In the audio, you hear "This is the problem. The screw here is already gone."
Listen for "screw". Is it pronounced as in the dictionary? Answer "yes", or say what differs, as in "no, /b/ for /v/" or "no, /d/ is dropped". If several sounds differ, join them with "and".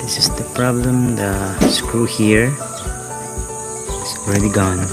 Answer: yes